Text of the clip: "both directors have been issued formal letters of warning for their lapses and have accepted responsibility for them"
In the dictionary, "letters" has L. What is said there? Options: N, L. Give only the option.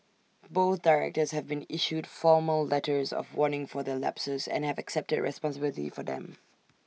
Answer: L